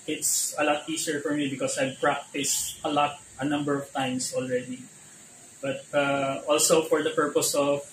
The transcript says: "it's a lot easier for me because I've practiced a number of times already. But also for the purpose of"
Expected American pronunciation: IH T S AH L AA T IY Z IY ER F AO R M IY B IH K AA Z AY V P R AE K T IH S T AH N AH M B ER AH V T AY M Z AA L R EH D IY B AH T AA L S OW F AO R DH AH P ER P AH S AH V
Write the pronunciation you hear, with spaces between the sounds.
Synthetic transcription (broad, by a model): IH T S AH L AA T IY S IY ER F AO R M IY B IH K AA S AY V P R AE K T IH S T AH N AH M B ER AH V T AY M S AA L R EH D IY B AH T AA L S OW F AO R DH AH P ER P AH S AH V